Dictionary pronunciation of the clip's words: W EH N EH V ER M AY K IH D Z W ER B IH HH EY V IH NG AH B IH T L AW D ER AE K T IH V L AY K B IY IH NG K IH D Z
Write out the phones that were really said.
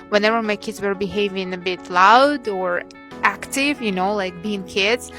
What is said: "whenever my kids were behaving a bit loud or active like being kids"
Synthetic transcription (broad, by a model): W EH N EH V ER M AY K IH D Z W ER B IH HH EY V IH NG AH B IH T L AW D ER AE K T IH V L AY K B IY IH NG K IH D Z